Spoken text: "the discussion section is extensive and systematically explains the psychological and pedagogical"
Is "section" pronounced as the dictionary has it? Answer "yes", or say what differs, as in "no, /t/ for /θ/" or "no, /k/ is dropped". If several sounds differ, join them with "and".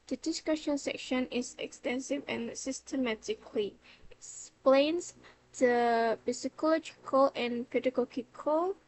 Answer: yes